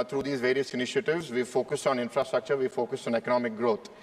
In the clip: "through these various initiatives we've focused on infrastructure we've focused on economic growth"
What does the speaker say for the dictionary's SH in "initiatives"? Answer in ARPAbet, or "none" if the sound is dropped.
SH